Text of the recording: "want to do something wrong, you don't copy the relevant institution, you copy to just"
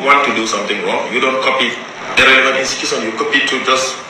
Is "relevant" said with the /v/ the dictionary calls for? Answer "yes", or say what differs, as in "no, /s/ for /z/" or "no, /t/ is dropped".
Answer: no, /v/ is dropped